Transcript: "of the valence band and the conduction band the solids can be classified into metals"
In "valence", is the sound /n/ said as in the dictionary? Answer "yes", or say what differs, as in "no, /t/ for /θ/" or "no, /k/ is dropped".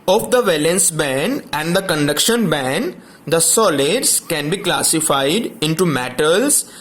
yes